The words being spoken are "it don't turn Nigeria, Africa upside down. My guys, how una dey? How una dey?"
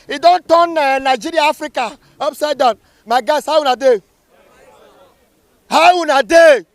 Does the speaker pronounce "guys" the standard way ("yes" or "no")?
no